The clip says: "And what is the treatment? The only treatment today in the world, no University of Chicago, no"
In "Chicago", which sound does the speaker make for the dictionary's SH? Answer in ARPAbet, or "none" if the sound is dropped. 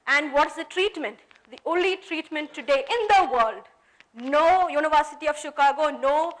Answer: SH